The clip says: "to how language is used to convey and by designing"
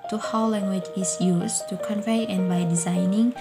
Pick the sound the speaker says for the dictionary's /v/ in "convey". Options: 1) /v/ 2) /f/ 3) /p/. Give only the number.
1